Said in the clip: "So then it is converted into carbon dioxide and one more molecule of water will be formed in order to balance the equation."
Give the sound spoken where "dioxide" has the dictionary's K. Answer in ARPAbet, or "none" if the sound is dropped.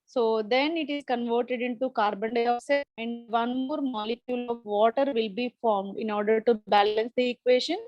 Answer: none